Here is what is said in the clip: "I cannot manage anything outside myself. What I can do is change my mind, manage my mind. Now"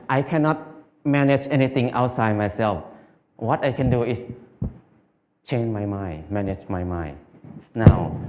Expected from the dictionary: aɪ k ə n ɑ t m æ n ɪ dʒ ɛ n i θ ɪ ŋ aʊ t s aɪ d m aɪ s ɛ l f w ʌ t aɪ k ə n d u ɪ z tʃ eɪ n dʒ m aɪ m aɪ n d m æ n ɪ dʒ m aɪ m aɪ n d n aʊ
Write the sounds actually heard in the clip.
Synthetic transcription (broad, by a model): aɪ k ə n ɑ t m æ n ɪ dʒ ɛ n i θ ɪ ŋ aʊ t s aɪ d m aɪ s ɛ l f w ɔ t aɪ k ə n d u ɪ s tʃ eɪ n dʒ m aɪ m aɪ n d m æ n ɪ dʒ m aɪ m aɪ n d n aʊ